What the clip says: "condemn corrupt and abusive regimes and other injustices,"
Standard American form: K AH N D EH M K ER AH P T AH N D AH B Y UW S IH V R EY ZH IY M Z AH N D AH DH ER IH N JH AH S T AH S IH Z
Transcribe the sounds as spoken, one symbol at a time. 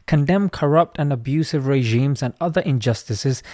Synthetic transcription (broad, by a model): K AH N D EH M K ER AH P T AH N AH B Y UW S IH V R EY ZH IY M Z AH N AH DH ER IH N JH AH S T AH S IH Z